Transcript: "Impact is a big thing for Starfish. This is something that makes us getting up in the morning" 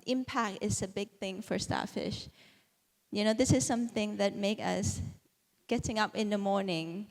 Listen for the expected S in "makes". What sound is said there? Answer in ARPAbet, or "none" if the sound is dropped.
none